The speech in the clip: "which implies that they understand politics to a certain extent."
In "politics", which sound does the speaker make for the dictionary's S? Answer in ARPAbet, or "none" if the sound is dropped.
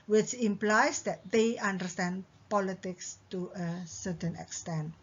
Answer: S